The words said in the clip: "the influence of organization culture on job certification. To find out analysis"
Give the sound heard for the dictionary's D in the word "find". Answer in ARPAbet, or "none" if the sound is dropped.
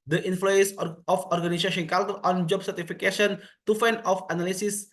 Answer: none